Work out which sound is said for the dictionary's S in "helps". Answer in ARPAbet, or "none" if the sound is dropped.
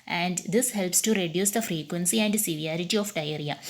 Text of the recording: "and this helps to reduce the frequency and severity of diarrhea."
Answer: S